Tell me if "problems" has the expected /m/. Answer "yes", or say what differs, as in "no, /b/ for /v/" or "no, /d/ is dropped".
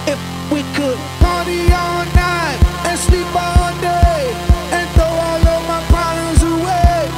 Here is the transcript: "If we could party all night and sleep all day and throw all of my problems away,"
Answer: no, /m/ is dropped